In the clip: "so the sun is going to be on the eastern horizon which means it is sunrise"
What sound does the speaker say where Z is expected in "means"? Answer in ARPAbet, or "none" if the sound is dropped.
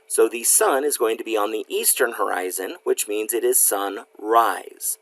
Z